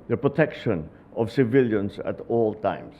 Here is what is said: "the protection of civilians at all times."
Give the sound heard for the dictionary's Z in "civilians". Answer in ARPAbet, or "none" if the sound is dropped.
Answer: S